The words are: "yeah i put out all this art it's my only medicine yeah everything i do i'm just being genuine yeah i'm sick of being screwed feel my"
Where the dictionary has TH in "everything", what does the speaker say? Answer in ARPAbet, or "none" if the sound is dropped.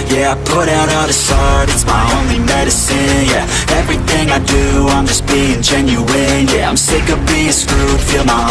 TH